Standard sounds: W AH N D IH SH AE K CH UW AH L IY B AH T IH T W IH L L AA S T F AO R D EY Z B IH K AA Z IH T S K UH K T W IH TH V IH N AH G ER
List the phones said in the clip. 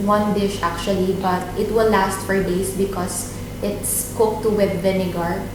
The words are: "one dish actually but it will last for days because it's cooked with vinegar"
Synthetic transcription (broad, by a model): W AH N D IH SH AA K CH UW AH L IY B AH T IH T W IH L L AA S T F AO R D EY S B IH K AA S IH T S K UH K T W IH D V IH N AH G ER